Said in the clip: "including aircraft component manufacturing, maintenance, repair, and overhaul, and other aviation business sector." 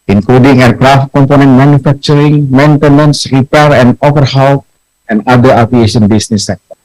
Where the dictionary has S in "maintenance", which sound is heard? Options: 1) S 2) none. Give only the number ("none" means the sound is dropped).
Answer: 1